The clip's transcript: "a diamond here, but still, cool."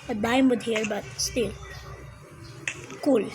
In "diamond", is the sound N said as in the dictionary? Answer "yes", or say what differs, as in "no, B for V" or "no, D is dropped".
no, N is dropped